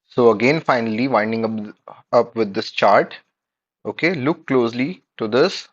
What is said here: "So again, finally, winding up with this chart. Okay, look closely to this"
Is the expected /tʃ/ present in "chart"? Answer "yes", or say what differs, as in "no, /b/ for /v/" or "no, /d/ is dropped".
yes